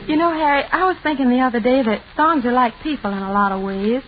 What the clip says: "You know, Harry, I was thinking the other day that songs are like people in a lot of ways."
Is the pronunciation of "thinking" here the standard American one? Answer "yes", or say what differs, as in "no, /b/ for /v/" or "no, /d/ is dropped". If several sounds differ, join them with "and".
yes